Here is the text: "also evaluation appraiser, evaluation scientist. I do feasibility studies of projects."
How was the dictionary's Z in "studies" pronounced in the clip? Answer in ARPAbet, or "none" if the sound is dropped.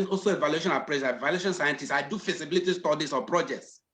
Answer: S